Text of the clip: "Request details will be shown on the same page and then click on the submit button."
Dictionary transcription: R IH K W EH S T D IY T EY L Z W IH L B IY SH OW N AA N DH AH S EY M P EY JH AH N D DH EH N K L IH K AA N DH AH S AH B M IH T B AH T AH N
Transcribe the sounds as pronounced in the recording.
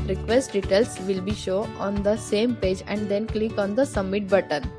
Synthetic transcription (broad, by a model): R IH K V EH S T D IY T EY L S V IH L B IY SH OW AA N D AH S EY M P EY JH AH N D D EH N K L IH K AA N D AH S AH M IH T B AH T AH N